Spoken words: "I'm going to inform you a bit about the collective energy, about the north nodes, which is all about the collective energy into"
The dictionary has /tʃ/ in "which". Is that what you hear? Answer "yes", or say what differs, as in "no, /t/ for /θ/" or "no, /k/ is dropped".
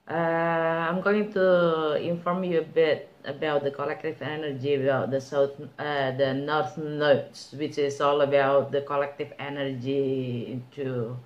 yes